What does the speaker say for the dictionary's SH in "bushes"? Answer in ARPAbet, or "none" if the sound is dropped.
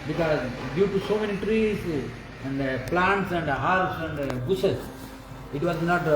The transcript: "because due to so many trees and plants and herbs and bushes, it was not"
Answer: S